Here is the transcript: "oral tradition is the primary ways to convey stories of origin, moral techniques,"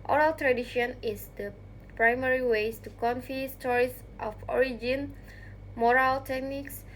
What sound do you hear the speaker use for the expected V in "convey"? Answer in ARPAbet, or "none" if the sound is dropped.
F